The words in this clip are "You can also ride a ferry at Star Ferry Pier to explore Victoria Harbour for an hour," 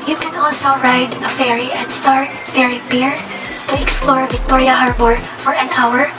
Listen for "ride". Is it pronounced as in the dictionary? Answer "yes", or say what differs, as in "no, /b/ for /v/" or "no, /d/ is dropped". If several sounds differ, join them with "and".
yes